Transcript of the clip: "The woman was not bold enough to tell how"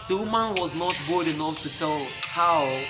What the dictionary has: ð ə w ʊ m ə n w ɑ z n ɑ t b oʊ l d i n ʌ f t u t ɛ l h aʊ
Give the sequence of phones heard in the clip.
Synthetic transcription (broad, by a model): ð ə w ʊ m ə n w ɑ z n ɑ t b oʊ d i n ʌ f t u t ɛ l h aʊ